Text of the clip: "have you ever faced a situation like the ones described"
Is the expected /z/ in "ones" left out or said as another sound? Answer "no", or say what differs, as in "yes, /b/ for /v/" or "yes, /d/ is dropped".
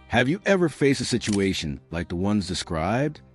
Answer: no